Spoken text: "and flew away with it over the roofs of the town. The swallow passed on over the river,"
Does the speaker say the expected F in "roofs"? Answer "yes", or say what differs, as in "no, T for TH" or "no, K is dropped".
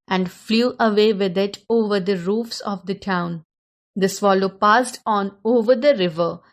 yes